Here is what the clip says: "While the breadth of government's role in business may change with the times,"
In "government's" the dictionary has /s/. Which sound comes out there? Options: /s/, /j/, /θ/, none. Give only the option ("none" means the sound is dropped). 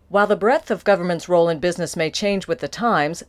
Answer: /s/